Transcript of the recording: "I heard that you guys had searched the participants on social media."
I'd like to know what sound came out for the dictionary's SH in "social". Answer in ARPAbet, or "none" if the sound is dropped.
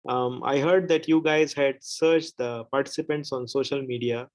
SH